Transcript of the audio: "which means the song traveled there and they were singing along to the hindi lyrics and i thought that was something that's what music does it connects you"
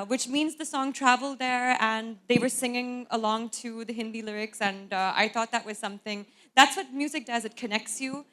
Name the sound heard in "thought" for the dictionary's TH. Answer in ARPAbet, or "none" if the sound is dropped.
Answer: TH